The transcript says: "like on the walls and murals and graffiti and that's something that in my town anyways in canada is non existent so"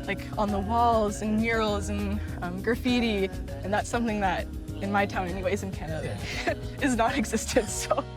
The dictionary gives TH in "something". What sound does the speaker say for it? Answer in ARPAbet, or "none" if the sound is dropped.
TH